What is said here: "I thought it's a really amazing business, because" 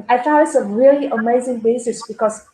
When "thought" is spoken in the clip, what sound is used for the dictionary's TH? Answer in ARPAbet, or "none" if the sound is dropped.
F